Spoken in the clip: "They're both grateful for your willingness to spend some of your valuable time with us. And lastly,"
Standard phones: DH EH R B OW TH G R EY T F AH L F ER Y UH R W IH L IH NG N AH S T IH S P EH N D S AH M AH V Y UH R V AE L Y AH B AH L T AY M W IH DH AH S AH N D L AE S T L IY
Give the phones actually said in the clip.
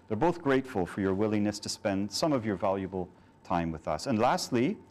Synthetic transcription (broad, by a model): DH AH R B OW TH G R EY T F AH L F ER Y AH R W IH L IH NG N AH S T IH S P EH N D S AH M AH V Y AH R V AE L Y AH B AH L T AY M W IH DH AH S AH N L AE S T L IY